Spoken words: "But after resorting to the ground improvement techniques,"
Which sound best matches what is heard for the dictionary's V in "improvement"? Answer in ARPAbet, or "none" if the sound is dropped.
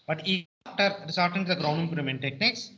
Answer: none